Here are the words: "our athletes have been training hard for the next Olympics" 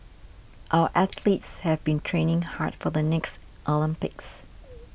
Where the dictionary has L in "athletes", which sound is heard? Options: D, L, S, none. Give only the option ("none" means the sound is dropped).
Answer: L